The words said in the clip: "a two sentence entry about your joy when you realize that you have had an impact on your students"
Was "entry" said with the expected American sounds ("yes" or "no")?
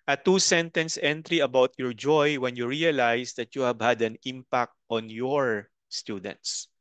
yes